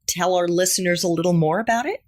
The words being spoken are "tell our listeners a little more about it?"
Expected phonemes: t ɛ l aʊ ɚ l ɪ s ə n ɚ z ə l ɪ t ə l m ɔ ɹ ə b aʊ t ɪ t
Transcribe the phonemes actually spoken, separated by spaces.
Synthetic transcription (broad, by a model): t ɛ l aʊ ɚ l ɪ s ə n ɚ z ə l ɪ t l m ɔ ɹ ə b aʊ t ɪ t